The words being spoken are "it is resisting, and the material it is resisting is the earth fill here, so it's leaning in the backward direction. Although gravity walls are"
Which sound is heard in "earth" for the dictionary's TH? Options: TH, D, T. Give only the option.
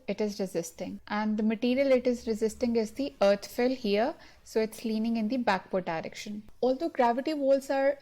T